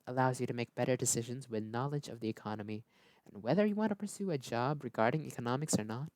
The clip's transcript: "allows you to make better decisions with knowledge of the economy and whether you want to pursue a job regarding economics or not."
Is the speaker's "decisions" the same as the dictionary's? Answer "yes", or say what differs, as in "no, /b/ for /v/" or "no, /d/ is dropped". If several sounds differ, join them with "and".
yes